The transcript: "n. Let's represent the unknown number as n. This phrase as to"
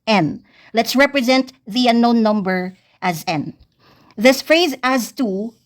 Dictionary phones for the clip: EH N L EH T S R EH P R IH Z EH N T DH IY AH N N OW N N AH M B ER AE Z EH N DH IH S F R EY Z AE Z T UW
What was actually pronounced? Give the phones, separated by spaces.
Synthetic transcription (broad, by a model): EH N L EH T S R EH P R IH Z EH N T DH IY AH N N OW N N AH M B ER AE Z EH N DH IH S F R EY Z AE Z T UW